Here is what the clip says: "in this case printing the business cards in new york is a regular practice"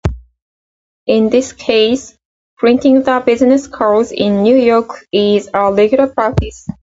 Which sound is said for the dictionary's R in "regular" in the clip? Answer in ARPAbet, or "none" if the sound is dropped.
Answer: L